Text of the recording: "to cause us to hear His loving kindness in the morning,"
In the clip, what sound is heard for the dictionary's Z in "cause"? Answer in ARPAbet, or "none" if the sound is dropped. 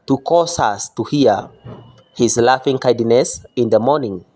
S